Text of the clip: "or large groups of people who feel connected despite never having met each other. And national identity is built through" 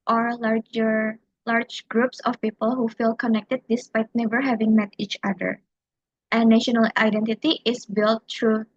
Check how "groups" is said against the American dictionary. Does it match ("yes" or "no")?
yes